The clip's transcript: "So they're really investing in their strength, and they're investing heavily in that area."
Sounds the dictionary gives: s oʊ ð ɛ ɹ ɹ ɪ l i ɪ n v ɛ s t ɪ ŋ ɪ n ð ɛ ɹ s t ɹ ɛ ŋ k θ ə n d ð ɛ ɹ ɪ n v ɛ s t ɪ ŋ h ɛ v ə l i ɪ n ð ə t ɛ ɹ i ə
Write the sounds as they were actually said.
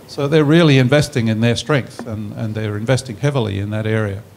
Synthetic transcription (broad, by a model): s oʊ ð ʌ ɹ ɹ ɪ l i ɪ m v ɛ s t ɪ ŋ ɪ n ð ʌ ɹ s t ɹ ɛ ŋ k θ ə n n ð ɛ ɹ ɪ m v ɛ s t ɪ ŋ h ɛ v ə l i ɪ n ð ə t ɛ ɹ i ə